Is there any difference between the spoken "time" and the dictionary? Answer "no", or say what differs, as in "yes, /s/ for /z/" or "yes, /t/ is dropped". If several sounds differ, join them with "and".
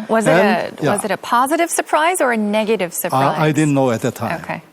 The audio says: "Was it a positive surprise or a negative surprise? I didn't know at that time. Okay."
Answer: yes, /m/ is dropped